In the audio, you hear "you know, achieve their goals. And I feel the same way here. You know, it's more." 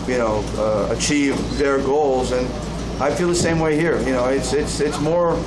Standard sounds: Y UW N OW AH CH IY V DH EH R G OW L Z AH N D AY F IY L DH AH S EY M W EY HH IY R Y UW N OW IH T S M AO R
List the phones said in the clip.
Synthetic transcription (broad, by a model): Y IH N OW AH CH IY V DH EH R G OW L Z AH N AY F IY L DH AH S EY M W EY HH IY R Y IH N OW IH T S M AO R